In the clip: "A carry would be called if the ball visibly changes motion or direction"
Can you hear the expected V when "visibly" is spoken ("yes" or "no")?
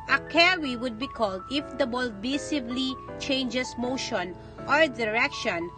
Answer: no